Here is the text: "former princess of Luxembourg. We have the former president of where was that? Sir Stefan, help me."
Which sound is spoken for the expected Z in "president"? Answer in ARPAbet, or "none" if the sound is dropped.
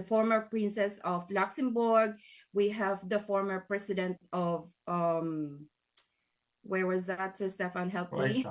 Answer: S